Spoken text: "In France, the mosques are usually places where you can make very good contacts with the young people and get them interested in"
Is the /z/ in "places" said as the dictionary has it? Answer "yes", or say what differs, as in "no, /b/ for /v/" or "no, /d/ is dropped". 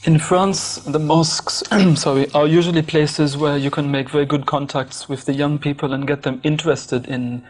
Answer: yes